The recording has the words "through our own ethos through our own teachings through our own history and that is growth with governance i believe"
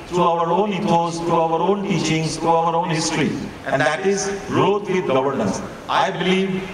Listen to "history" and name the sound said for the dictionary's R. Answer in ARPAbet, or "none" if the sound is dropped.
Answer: R